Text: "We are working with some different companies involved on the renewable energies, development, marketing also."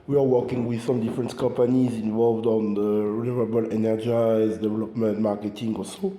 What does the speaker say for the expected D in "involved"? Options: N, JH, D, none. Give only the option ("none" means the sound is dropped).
D